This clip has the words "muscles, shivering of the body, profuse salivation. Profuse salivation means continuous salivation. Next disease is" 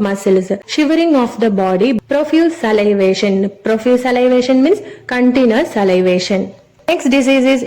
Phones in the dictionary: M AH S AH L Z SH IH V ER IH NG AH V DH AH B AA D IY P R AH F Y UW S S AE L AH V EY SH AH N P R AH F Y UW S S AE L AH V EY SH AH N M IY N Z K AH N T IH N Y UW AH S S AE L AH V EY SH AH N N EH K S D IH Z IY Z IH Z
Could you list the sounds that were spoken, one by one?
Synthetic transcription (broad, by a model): M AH S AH L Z SH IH V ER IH NG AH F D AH B AA D IY P R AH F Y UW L S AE L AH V EY SH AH N P R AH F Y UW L S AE L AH V EY SH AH N M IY N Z K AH N T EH N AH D S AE L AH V EY SH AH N N EH K S D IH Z IY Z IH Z